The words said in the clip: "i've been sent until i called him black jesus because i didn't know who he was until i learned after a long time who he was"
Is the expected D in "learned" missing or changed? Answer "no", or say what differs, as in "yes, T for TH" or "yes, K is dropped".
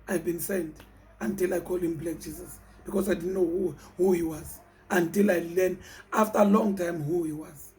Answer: yes, D is dropped